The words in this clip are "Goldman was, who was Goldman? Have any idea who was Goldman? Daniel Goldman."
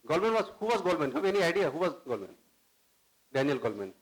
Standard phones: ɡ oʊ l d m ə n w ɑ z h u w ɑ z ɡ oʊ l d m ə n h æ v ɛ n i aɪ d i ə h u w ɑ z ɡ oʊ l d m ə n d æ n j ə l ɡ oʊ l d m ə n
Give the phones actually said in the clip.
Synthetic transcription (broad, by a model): ɡ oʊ l m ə n w ɑ z h u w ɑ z ɡ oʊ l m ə n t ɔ b ɛ n i aɪ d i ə h u w ɑ z ɡ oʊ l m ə n d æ n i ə l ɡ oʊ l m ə n